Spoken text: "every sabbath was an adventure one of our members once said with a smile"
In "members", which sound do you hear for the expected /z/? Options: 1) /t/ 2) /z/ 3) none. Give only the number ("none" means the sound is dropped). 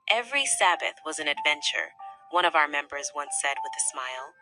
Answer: 2